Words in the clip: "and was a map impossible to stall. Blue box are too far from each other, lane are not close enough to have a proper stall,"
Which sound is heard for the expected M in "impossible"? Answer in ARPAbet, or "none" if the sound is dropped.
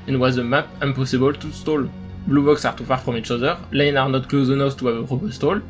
none